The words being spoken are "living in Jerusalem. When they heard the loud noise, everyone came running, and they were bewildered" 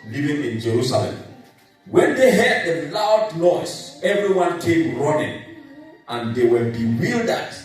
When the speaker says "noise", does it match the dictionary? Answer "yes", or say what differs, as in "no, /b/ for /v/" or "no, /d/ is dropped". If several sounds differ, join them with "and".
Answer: no, /s/ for /z/